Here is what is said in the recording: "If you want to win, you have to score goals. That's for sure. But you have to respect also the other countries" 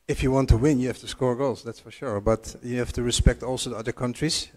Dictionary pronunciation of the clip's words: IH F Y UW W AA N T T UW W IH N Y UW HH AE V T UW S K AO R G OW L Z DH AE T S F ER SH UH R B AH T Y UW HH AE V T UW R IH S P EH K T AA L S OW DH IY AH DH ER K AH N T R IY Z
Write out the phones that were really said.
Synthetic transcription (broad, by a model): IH F Y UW W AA N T T UW W IH N Y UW HH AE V T UW S K AO R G OW L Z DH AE T S F ER SH UH R B AH T Y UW HH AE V T UW R IH S P EH K T AA L S OW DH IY AH DH ER K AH N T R IY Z